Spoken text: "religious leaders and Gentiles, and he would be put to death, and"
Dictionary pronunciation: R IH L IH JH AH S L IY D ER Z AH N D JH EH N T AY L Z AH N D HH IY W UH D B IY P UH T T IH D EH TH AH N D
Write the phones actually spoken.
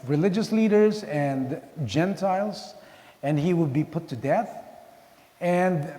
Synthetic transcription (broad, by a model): R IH L IH JH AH S L IY D ER Z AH N JH EH N T AY L Z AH N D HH IY W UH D B IY P UH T T IH D EH TH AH N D